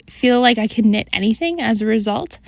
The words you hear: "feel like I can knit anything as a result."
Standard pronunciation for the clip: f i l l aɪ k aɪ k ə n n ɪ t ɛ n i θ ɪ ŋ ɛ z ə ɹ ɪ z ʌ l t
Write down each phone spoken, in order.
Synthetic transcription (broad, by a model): f i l l aɪ k aɪ k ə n n ɪ t ɛ n i θ ɪ ŋ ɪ z ə ɹ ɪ z ʌ l t